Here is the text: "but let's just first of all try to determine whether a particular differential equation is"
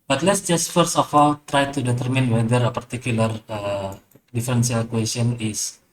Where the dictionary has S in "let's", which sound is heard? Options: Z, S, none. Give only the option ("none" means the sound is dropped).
S